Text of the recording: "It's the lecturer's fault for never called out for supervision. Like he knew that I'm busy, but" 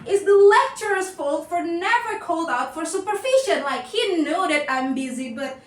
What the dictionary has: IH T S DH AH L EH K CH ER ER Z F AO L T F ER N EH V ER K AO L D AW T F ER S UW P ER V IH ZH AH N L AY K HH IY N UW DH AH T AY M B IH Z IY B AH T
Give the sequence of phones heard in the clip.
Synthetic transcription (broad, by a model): IH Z DH AH L EH K CH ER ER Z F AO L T F ER N EH V ER K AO L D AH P F ER S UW P ER F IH SH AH N L AY K HH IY N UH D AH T AY M B IH Z IY B AH T